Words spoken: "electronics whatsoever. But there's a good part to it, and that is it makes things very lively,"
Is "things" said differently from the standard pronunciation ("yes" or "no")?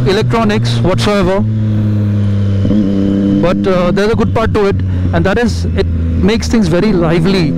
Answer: yes